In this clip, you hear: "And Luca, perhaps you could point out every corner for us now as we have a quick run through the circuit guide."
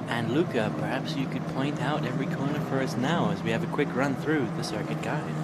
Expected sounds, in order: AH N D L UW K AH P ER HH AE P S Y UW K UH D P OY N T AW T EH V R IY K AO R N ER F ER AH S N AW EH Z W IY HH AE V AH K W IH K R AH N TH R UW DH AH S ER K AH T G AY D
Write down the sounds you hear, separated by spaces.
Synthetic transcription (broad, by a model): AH N L UW K AH P ER HH AE P S Y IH K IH D P OY N T AW T EH V R IY K AO R N ER F ER AH S N AW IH Z W IY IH V AH K W IH K R AH N TH R UW DH AH S ER K AH T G AY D